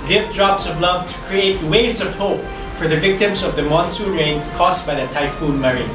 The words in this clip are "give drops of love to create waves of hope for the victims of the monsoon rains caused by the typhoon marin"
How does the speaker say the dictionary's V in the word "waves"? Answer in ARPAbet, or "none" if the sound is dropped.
none